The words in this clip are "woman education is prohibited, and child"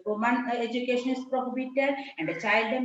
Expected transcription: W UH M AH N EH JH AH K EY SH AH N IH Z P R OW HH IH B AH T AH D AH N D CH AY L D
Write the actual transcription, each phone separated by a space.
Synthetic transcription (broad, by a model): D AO M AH N EH JH AH K EY SH AH N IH S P R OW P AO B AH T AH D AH N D CH AY L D